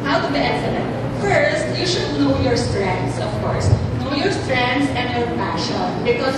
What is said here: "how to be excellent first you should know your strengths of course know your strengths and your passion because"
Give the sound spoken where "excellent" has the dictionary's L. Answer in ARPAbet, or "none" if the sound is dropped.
N